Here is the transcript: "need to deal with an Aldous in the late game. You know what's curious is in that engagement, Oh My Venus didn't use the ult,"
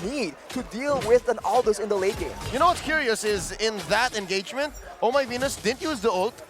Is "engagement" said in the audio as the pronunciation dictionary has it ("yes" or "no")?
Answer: yes